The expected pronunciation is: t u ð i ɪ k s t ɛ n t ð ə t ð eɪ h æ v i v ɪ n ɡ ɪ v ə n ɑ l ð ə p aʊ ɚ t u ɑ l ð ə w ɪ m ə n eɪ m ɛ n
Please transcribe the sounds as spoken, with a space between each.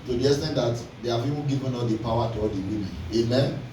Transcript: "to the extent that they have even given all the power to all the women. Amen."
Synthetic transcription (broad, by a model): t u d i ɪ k s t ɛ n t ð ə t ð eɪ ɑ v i p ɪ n ɡ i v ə n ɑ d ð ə p aʊ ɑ t u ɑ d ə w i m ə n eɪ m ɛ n